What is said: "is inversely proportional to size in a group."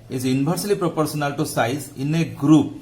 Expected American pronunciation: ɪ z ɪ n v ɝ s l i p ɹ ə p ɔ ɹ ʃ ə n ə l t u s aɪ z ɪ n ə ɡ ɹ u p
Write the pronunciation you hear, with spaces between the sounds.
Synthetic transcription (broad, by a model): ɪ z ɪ n b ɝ s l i p ɹ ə p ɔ ɹ s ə n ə l t u s aɪ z ɪ n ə ɡ ɹ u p